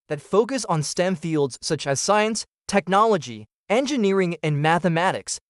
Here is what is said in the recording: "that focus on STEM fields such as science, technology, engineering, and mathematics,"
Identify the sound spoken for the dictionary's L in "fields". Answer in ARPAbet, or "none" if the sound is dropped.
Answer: L